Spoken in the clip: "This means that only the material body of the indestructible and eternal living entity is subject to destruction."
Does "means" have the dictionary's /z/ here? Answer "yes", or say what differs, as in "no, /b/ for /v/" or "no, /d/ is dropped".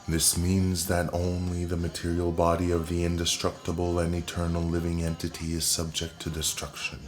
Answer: yes